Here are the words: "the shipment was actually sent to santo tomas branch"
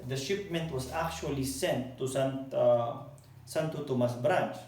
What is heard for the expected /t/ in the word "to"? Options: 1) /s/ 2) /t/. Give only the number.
1